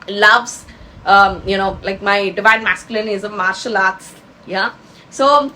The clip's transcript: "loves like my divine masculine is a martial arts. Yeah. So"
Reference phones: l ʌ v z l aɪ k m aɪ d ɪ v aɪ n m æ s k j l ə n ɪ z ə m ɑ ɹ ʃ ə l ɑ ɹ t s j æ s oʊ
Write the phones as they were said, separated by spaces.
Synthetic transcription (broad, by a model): l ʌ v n l aɪ k m aɪ d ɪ v aɪ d m æ s k j l ə n ɪ z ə m ɑ ɹ ʃ ə l ɑ ɹ t s j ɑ s oʊ